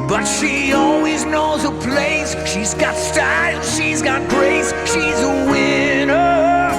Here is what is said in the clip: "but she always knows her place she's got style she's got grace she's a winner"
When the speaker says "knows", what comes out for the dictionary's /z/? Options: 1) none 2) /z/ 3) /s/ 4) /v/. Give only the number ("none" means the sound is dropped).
2